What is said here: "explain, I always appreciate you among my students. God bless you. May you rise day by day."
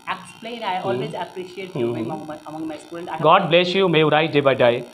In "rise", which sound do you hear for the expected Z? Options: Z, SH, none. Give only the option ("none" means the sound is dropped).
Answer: none